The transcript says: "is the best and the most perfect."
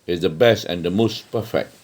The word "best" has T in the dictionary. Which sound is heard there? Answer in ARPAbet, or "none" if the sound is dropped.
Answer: T